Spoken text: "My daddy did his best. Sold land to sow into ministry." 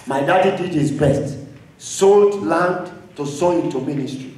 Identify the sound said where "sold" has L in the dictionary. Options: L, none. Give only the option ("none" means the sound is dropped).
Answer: L